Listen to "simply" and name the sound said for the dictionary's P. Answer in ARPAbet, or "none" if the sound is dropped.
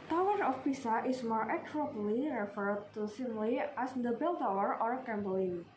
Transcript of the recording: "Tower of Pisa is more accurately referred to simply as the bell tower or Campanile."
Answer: none